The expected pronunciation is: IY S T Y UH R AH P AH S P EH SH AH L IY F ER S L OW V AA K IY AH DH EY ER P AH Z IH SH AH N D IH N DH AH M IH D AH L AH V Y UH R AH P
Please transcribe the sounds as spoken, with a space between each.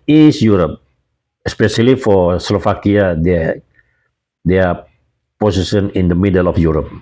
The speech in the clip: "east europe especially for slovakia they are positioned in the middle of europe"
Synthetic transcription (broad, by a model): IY S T Y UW R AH P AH S P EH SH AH L IY F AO S L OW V AA K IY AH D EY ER P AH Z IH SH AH N IH N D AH M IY D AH L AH F Y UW R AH P